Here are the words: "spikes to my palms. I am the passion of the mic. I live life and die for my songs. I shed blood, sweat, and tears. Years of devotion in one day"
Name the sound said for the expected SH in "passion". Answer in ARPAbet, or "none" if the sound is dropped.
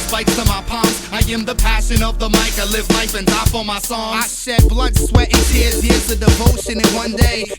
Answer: SH